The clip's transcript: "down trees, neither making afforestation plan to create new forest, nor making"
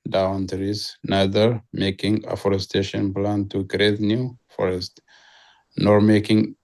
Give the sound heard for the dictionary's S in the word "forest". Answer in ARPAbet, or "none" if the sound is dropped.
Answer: S